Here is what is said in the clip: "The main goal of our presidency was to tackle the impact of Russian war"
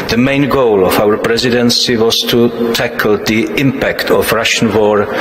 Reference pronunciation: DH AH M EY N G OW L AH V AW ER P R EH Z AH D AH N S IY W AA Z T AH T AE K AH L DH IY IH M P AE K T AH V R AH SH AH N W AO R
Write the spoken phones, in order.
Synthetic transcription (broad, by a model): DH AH M EY N G OW L AH V AW ER P R EH Z AH D AH N S IY W AA Z T AH T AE K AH L DH IY IH M P AE K T AH V R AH SH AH N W AO R